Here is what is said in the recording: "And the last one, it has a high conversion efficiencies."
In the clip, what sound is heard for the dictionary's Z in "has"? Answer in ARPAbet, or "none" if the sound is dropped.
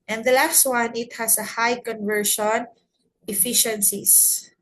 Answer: S